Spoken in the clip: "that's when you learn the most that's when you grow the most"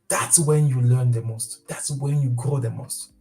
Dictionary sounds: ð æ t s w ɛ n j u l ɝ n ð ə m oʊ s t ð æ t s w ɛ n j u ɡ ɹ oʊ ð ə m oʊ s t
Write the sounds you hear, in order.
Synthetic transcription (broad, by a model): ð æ t s w ɛ n j u l ɝ n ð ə m oʊ s t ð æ t s w ɛ n j u ɡ ɹ oʊ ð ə m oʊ s t